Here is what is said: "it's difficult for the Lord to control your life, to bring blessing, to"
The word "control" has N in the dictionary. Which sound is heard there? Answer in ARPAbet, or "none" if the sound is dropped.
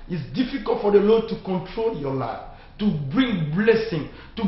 N